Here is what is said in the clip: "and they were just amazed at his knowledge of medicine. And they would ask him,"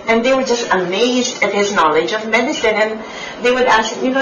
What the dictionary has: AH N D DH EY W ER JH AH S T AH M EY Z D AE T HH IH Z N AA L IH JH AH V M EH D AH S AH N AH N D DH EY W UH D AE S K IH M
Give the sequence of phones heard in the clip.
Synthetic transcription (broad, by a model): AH N DH EY W ER JH AH S T AH M EY Z D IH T HH IH Z N AA L IH JH AH V M EH D AH S AH N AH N DH EY W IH D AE S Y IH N